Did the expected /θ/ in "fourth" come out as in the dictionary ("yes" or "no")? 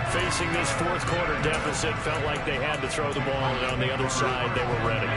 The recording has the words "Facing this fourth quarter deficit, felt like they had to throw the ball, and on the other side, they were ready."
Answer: yes